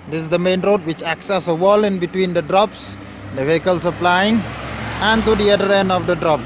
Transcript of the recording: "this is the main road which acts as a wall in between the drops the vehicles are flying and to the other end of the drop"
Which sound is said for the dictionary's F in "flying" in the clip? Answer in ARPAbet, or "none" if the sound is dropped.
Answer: P